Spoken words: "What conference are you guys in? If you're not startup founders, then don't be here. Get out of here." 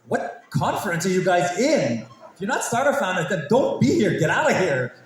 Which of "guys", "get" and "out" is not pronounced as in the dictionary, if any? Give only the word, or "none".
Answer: none